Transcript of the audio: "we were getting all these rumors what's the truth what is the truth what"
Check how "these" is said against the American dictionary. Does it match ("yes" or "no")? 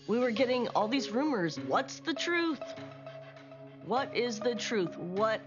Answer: yes